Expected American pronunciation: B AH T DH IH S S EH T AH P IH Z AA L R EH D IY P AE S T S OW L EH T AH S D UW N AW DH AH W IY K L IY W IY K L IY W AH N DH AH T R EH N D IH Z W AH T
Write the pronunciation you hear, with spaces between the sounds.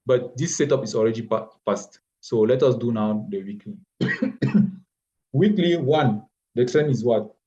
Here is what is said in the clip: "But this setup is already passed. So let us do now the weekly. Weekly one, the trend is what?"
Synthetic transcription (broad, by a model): B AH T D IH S S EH T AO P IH S AA L R EH D IY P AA S T S OW L EH T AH S D UW N AW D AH W IY K L IY W IY K L IY W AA N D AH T R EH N IH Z W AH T